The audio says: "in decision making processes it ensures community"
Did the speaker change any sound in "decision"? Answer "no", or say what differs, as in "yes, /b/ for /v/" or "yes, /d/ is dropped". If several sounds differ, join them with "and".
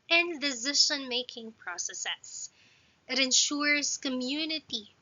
yes, /ʃ/ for /ʒ/